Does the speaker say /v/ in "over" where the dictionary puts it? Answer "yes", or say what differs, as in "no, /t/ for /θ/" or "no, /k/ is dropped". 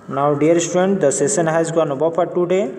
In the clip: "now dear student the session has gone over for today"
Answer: no, /b/ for /v/